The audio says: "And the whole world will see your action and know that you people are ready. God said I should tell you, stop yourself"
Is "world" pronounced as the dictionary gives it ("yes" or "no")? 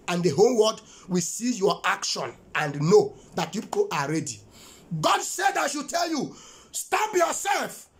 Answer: no